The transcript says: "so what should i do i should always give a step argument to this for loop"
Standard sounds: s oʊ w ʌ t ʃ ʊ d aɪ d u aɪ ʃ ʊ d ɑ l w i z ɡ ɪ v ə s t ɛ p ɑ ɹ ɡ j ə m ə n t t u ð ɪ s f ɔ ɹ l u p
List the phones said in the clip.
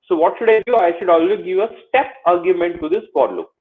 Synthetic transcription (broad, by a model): s oʊ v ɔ t ʃ ʊ d aɪ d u aɪ ʃ ʊ d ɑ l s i ɡ ɪ v ə s t ɛ p ɑ ɹ ɡ j ə m ə n t t u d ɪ s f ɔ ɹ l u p